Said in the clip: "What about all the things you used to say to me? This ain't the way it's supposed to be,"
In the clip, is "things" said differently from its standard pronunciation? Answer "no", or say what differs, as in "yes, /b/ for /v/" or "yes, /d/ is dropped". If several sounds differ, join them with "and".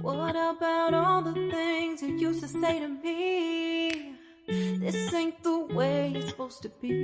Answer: no